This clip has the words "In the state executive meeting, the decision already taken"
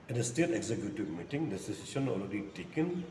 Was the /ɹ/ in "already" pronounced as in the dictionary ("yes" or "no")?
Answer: no